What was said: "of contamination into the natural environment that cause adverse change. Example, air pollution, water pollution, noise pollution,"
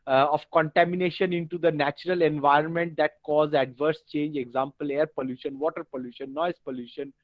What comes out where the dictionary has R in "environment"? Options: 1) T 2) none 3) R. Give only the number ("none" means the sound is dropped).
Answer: 3